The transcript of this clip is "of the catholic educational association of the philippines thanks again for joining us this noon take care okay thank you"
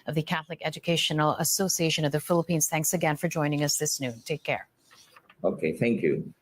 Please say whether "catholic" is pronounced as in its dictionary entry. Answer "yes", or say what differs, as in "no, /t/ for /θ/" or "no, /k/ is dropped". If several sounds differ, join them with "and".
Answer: yes